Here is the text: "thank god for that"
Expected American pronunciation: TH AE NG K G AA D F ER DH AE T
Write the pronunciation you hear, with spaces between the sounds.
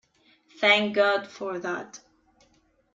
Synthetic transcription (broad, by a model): TH AE NG K G AA D F ER DH AE T